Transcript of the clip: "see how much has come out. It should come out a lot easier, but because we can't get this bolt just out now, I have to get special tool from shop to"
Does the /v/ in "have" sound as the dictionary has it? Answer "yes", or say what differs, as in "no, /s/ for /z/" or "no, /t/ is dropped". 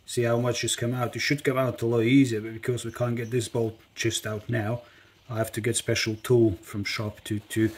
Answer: no, /f/ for /v/